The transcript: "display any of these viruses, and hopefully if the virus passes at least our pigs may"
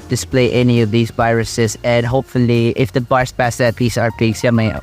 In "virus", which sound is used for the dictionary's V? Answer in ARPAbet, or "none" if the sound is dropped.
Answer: B